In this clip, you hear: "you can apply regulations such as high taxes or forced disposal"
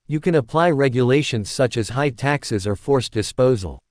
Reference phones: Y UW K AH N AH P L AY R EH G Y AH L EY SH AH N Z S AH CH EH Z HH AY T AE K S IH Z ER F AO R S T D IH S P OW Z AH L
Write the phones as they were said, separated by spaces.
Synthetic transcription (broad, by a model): Y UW K AH N AH P L AY R EH G Y AH L EY SH AH N Z S AH CH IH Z HH AY T AE K S IH Z ER F AO R S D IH S P OW Z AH L